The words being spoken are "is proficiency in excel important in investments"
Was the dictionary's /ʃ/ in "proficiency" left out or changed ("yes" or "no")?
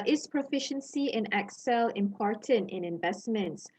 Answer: no